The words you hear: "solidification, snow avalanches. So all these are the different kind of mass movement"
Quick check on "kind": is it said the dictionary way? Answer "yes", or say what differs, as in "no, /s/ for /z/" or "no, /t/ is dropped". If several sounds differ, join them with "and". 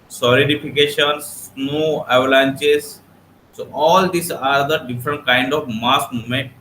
yes